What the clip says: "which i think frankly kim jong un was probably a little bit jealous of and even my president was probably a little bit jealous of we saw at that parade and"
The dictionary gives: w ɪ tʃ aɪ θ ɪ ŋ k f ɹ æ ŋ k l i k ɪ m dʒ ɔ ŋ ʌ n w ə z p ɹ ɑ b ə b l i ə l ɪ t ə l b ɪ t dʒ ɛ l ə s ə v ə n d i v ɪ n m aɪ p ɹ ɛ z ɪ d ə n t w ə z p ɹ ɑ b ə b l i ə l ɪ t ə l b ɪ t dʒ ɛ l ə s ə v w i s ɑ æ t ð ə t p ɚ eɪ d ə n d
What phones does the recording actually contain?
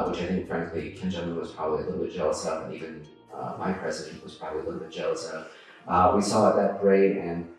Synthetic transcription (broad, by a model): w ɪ tʃ aɪ θ ɪ ŋ k f ɹ æ ŋ k l i k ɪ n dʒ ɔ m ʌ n w ə z p ɹ ɑ b ə b l i ə l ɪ t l b ɪ t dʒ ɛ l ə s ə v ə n i v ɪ n m aɪ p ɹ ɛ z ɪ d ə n w ə z p ɹ ɑ b ə b l i ə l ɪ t l b ɪ t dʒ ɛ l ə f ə w i s ɑ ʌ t ð ə t b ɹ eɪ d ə n